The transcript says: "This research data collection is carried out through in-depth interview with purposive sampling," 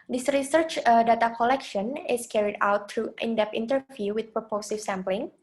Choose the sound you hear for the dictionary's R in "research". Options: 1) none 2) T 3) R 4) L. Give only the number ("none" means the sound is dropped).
3